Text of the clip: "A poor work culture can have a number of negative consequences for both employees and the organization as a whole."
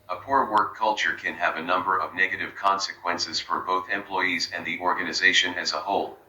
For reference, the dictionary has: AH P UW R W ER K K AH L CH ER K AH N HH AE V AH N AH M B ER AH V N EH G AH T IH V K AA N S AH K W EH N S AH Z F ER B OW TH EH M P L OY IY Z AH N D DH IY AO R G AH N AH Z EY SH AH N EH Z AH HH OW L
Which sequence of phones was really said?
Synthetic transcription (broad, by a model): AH P UW R W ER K K AH L CH ER K AH N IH V AH N AH M B ER AH V N EH G AH T IH V K AA N S AH K W EH N S AH Z F ER B OW TH EH M P L OY IY Z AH N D DH IY AO R G AH N AH Z EY SH AH N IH Z AH HH OW L